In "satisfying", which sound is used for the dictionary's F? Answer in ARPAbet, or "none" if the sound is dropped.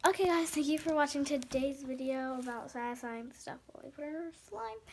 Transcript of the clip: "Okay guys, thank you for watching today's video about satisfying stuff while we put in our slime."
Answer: none